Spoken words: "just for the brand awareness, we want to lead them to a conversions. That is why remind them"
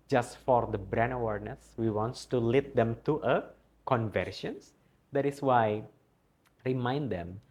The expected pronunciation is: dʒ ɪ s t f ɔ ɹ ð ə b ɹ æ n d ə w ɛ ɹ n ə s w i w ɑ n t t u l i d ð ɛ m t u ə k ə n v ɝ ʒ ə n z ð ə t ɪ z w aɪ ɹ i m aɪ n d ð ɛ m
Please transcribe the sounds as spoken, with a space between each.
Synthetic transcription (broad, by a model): dʒ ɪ s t f ɔ ɹ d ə b ɹ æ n ə w ɛ ɹ n ə s w i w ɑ n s t u l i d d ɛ m t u ə k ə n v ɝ ʃ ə n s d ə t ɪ s w aɪ ɹ i m aɪ n d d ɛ m